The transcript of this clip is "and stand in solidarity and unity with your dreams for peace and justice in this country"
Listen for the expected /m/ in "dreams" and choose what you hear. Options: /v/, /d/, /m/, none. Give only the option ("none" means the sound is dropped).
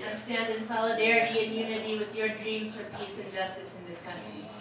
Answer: /m/